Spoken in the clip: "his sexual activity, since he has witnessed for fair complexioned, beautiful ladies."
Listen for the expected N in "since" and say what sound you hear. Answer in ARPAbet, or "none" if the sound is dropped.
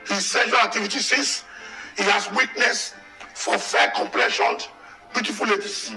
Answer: none